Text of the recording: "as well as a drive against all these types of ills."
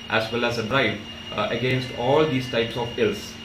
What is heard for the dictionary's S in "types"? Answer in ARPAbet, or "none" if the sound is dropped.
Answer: S